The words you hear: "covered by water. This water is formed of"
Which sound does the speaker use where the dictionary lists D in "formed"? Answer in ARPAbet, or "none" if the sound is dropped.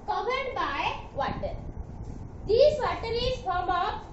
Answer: none